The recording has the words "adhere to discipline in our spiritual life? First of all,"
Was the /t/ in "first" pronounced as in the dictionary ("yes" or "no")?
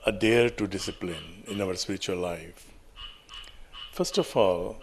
yes